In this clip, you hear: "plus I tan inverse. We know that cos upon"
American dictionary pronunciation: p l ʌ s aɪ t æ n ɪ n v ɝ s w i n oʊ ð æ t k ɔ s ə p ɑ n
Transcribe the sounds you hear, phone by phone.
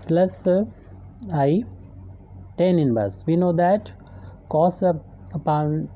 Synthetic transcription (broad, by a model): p l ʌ s aɪ t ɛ n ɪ n b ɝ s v i n oʊ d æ t k ɔ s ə p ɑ n